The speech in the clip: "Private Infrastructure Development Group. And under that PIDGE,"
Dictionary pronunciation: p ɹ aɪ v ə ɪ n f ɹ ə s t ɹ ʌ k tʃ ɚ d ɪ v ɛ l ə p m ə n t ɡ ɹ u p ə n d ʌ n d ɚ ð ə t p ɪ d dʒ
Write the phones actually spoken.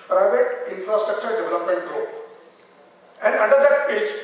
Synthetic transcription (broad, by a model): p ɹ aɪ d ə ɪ n f ɹ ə s t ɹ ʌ k tʃ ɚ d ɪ v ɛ l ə p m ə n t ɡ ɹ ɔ ə n d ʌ n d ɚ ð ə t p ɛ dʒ